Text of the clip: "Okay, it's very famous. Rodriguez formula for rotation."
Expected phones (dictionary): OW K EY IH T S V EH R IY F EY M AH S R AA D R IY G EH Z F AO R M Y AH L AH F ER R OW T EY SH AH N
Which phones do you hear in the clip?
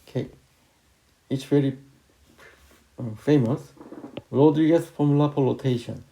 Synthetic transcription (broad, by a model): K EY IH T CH V EH R IY F EY M AH S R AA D R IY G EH S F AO M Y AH L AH P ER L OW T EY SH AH N